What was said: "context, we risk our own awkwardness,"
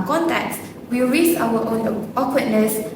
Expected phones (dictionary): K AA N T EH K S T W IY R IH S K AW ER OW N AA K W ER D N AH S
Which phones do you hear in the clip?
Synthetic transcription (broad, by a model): K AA N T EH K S W IY R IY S AW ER OW N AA K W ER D N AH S